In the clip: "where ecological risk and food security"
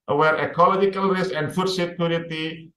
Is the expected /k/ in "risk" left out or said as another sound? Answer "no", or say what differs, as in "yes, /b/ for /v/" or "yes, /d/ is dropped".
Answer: yes, /k/ is dropped